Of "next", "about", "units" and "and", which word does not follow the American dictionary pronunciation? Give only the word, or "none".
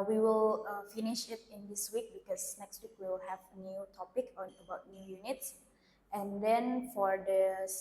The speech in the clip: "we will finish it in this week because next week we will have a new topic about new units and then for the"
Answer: none